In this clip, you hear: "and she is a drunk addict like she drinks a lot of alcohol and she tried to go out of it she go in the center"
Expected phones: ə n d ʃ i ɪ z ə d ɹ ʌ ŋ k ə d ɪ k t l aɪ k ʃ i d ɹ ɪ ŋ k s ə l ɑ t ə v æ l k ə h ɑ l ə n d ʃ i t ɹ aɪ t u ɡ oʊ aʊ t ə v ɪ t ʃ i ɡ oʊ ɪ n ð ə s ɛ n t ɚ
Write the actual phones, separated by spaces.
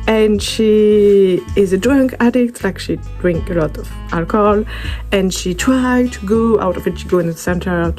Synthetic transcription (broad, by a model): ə n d ʃ i ɪ z ə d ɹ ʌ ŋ k ə d ɪ k t l aɪ k ʃ i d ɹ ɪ ŋ k ə l ɑ t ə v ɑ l k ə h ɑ l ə n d ʃ i t ɹ aɪ t u ɡ oʊ aʊ t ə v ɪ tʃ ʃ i ɡ oʊ ɪ n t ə s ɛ n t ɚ